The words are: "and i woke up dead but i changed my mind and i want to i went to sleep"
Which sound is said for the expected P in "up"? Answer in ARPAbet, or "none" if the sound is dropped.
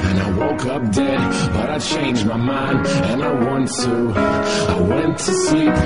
P